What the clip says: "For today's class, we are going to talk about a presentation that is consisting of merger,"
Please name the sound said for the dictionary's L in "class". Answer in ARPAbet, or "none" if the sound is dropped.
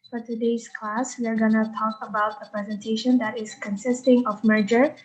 L